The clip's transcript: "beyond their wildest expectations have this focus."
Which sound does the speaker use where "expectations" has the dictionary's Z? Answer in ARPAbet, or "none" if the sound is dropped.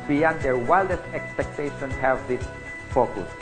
none